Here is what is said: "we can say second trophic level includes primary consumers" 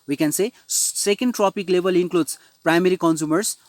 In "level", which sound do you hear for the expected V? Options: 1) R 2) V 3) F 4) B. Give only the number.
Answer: 4